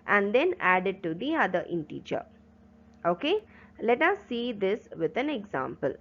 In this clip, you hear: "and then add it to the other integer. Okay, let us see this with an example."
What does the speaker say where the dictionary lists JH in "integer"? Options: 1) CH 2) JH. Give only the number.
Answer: 1